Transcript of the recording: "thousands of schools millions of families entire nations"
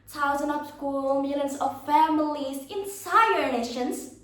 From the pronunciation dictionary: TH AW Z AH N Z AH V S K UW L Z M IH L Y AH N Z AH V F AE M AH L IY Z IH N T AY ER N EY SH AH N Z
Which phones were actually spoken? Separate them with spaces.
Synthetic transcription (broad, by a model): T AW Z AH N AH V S K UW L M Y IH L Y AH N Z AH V F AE M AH L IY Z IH N S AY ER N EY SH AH N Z